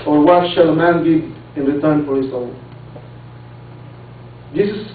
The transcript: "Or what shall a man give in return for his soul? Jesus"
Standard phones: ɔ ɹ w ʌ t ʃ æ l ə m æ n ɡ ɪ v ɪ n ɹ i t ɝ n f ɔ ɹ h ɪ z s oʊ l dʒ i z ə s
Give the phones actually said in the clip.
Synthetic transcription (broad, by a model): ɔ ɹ w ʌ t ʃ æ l ə m æ n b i ɪ n ɹ i t ɝ n f ɔ ɹ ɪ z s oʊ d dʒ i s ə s